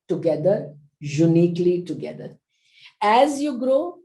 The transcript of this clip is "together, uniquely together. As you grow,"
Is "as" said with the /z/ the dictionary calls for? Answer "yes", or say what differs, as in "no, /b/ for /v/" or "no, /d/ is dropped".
yes